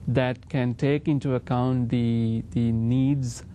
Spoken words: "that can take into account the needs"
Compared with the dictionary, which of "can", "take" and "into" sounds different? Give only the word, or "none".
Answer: none